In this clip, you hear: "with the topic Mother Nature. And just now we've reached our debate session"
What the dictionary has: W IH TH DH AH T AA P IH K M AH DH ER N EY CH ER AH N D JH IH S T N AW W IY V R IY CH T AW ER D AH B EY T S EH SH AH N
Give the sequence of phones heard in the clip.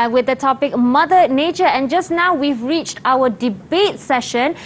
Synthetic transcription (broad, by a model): W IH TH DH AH T AA P IH K M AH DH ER N EY CH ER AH N JH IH S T N AW W IY V R IY CH T AW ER D AH B EY T S EH SH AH N